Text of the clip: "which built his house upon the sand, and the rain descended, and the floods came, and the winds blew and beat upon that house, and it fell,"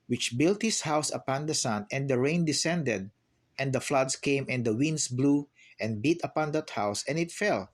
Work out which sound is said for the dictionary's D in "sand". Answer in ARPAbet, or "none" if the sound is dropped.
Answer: none